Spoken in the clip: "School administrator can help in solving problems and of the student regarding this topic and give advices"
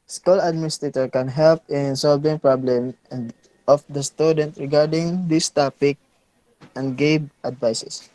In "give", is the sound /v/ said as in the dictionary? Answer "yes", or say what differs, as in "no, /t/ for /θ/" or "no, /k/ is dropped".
no, /b/ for /v/